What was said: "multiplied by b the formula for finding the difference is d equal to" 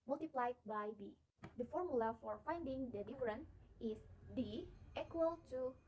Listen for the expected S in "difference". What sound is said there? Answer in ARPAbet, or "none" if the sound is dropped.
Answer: none